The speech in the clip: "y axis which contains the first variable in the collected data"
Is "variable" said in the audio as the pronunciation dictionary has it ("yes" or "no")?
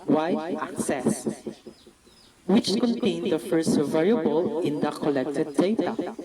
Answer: yes